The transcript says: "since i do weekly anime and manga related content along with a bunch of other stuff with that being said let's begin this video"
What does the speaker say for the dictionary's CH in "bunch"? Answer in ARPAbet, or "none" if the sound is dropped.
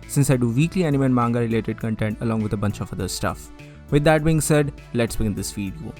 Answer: CH